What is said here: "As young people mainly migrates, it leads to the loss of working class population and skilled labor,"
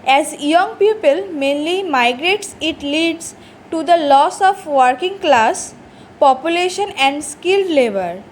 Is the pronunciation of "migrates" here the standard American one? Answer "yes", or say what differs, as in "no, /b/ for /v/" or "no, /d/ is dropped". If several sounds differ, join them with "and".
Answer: yes